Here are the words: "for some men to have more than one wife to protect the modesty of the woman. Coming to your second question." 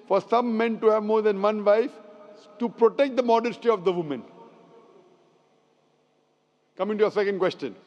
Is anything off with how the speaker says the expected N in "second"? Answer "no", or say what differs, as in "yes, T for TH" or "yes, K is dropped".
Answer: no